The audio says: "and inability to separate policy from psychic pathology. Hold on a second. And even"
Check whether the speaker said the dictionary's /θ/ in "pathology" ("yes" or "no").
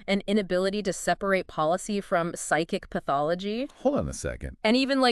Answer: yes